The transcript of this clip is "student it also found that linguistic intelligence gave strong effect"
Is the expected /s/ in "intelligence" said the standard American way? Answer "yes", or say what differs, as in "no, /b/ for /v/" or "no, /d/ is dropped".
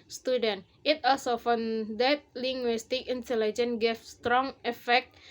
no, /s/ is dropped